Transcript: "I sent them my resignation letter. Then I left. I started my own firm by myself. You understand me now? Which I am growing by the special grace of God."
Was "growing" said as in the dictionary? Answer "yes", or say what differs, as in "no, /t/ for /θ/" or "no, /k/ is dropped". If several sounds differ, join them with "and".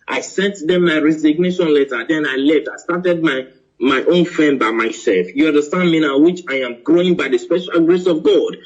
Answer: yes